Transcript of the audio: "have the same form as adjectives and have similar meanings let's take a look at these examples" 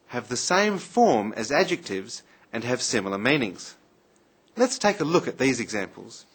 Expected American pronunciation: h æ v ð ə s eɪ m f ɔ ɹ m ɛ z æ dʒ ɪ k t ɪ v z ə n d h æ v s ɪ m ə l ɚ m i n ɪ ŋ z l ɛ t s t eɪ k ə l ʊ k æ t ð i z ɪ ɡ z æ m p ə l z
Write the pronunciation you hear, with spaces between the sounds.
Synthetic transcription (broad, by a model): h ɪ v ð ə s eɪ m f ɔ ɹ m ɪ z æ dʒ ɪ k t ɪ v z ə n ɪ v s ɪ m l ɚ m i n ɪ ŋ z l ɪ t s t eɪ k ə l ʊ k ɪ t ð i z ɪ ɡ z æ m p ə l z